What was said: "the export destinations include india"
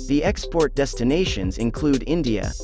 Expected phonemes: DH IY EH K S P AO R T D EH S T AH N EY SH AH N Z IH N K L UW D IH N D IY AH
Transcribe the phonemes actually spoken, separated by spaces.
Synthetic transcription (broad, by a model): DH IY EH K S P AO R T D EH S T AH N EY SH AH N Z IH N K L UW D IH N D IY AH